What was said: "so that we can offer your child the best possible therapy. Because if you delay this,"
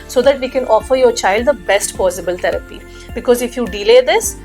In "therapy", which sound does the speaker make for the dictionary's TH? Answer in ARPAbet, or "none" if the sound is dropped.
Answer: T